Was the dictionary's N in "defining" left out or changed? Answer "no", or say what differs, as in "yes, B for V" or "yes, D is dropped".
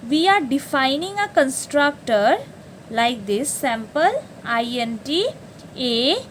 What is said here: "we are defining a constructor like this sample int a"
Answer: no